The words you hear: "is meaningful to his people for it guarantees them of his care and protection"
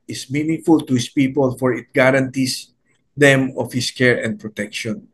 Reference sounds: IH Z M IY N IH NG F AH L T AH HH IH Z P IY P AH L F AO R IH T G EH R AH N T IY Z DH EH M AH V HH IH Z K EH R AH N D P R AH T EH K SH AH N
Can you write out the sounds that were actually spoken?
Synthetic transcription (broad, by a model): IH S M IY N IH NG F AH L T AH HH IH S P IY P AH L F AO R IH T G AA R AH N T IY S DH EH M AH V HH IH S K EH R AH N D P R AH T EH K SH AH N